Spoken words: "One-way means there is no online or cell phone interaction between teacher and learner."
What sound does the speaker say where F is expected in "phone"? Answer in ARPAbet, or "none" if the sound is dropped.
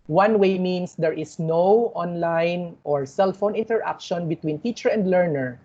F